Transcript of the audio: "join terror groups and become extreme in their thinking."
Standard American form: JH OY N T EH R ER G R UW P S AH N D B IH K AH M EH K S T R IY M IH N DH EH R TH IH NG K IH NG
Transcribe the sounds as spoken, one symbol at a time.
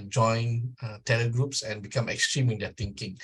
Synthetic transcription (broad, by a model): JH OY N T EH L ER G R UW P S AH N B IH K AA M EH K S T R IY M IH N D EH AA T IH NG K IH NG